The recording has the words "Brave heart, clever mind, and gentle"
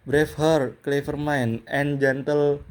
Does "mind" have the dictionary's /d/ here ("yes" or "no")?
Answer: no